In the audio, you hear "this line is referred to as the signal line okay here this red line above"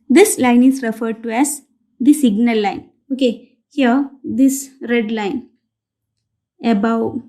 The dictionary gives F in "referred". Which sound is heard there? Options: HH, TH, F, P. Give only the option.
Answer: F